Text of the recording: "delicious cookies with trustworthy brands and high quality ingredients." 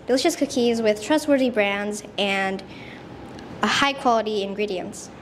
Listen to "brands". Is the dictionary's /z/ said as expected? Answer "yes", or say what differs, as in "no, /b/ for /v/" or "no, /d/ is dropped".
yes